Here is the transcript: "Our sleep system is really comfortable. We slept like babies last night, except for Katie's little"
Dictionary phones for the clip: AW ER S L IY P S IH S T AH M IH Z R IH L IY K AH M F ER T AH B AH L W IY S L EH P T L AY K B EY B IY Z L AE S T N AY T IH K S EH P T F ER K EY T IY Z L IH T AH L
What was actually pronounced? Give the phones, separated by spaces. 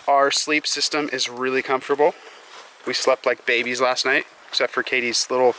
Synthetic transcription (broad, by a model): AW ER S L IY P S IH S T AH M IH Z R IH L IY K AH M F T AH B L W IY S L EH P T L AY K B EY B IY Z L AE S T N AY T IH K S EH P T F ER K EY T IY Z L IH T L